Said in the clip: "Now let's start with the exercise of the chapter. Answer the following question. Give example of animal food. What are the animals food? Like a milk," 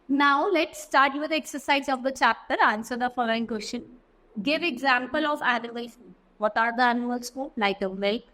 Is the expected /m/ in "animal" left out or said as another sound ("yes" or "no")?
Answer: yes